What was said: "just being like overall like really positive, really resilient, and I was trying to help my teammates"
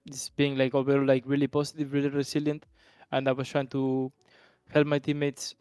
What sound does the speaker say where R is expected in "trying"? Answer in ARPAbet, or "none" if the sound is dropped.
R